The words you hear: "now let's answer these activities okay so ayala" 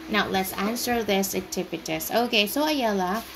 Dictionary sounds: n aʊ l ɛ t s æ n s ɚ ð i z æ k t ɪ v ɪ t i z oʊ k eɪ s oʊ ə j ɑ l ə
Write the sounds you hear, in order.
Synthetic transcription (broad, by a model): n aʊ l ɛ t s æ n s ɚ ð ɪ s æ t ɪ p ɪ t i s oʊ k eɪ s oʊ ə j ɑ l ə